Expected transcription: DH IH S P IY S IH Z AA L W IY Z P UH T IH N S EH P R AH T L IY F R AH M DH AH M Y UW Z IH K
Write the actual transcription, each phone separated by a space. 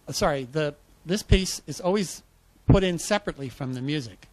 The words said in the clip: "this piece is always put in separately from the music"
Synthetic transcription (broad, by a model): DH IH S P IY S IH Z AA L W IY Z P UH T IH N S EH P R AH T L IY F R AH M DH AH M Y UW Z IH K